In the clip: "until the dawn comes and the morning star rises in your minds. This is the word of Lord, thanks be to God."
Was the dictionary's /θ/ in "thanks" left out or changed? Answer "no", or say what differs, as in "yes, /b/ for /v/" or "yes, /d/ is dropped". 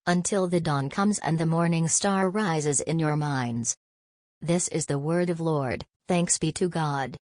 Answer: no